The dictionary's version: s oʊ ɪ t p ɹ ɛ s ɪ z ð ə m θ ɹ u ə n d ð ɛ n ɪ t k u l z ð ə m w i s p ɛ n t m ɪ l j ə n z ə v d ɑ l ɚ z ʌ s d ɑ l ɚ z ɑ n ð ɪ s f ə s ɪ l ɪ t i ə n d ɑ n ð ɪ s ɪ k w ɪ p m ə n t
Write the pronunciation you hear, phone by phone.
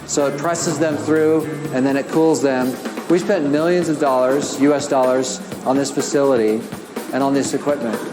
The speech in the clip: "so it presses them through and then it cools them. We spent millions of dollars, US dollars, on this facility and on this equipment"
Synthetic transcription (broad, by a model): s oʊ ɪ t p ɹ ɛ s ɪ z ð ə m θ ɹ u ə n ð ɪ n ɪ t k u l z ð ə m w i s p ɛ n m ɪ l j ə n z ə v d ɑ l ɚ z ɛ s d ɑ l ɚ z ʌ n ð ɪ s f ə s ɪ l ɪ t i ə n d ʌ n ð ɪ s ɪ k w ɪ p m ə n t